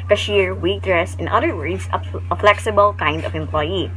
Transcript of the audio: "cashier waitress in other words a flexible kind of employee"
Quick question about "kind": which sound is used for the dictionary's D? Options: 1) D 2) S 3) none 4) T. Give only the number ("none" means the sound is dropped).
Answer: 1